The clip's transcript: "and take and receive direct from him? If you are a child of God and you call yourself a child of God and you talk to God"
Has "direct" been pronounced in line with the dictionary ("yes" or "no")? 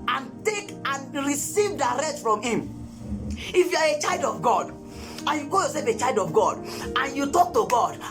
no